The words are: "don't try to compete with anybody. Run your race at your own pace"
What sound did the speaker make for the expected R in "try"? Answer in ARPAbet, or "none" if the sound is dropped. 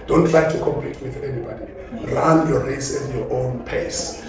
L